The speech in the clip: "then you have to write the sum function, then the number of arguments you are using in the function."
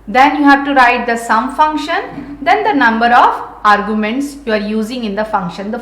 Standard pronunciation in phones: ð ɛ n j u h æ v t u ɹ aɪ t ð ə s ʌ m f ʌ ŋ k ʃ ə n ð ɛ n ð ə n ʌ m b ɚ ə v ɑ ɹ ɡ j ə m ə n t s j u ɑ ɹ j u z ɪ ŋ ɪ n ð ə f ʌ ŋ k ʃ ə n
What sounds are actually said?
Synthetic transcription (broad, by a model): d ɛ n j u h æ v t u ɹ aɪ t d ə s ʌ m f ʌ ŋ k ʃ ə n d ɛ n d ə n ʌ m b ɚ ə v ɑ ɹ ɡ j ə m ə n t s j u ɑ ɹ j u z ɪ ŋ ɪ n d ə f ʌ ŋ k ʃ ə n